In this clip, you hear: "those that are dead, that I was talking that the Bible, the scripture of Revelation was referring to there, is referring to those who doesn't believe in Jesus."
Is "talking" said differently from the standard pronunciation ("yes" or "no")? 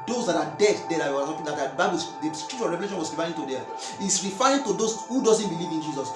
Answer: yes